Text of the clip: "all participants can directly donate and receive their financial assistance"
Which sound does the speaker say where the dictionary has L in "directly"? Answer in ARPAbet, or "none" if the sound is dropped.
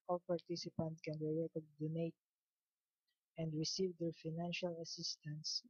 none